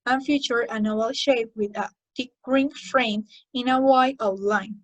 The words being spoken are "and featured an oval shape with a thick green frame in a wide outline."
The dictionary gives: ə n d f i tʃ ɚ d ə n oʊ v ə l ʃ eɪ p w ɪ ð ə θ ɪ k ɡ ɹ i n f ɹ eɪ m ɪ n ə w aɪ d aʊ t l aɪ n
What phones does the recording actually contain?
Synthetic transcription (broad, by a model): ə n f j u tʃ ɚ ə n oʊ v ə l ʃ eɪ p w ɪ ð ə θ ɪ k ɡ ɹ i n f ɹ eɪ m ɪ n ə w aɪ aʊ l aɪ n